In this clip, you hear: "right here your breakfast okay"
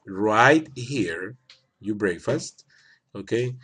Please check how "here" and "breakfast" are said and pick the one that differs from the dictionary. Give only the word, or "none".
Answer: none